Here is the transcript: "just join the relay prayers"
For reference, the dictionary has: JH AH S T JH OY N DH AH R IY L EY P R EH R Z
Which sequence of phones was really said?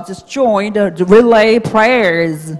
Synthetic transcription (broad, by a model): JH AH S JH OY N R IY L EY P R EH R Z